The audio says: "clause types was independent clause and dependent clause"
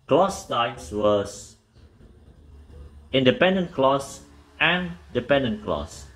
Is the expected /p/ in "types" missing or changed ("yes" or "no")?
yes